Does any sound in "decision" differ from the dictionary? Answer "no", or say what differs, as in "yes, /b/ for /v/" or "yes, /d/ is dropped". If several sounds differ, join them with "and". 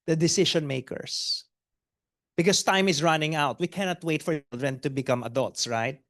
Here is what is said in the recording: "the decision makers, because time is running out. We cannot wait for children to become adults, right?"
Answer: yes, /ʃ/ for /ʒ/